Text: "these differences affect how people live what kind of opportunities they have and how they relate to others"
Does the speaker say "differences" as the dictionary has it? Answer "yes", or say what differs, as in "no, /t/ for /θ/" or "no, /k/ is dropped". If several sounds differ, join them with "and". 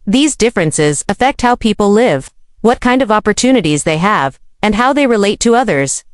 yes